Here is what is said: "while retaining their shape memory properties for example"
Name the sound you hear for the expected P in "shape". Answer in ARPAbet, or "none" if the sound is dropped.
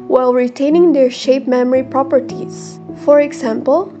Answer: P